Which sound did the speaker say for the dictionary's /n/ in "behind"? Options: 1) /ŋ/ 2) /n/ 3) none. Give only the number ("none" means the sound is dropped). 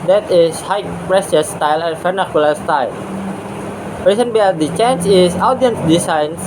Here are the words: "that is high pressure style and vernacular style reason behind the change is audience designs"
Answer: 3